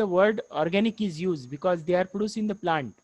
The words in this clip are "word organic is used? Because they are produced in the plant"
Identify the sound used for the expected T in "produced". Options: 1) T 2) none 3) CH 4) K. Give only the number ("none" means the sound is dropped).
2